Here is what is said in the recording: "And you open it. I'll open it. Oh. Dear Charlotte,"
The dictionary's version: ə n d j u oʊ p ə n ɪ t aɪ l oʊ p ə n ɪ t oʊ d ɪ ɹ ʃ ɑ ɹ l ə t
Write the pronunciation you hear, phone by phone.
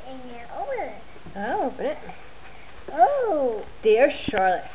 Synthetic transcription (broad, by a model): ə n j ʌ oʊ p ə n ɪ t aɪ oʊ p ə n ɪ t oʊ d ɪ ɹ ʃ ɑ ɹ l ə t